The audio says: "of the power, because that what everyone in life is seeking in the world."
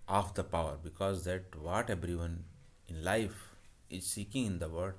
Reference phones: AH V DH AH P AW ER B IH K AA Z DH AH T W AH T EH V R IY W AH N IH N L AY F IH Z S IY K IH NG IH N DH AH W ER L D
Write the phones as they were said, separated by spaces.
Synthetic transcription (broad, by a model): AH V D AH P AW ER B IH K AA Z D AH T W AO T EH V R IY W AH N IH N L AY F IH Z S IY K IH NG IH N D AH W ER D